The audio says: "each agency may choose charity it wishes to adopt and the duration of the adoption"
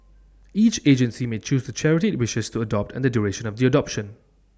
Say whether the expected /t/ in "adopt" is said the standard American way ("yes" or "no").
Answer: yes